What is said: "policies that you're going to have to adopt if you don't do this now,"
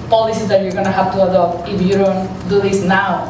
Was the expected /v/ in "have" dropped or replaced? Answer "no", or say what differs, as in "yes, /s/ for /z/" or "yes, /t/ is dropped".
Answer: yes, /b/ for /v/